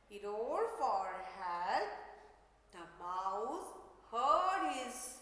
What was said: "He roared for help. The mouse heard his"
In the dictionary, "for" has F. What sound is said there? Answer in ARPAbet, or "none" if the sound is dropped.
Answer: F